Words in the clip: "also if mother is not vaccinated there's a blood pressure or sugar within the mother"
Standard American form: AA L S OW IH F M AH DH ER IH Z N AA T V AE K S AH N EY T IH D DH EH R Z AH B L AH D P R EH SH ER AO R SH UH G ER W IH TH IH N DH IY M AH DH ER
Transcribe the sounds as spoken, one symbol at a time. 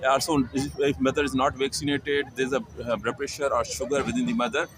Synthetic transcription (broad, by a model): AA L S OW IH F M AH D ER IH Z N AA T V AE K S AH N EY T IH D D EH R AH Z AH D P R EH SH ER AO R SH UH G ER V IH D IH N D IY M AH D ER